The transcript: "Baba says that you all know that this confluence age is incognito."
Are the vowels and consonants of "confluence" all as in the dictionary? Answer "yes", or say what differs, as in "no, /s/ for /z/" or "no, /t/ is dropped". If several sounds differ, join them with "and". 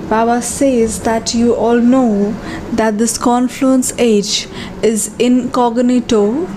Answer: yes